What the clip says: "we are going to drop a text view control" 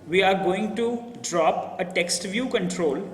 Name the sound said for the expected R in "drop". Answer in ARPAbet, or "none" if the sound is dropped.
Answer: R